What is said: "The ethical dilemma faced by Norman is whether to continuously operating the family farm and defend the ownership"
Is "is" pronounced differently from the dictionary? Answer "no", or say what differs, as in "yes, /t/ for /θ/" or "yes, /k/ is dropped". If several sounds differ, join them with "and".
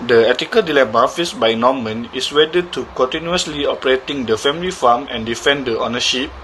yes, /s/ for /z/